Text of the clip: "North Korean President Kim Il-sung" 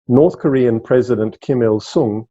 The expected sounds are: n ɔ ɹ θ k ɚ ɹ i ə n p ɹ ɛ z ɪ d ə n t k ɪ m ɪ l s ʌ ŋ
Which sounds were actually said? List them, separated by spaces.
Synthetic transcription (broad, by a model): n ɔ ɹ θ k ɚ ɹ i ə n p ɹ ɛ z ɪ d ə n t k ɪ m ɪ l s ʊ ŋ